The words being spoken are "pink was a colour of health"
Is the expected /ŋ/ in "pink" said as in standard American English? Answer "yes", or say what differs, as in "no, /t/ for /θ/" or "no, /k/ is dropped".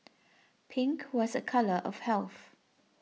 yes